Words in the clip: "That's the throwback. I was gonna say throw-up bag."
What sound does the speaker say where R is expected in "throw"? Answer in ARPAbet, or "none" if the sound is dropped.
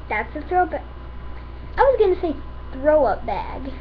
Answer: R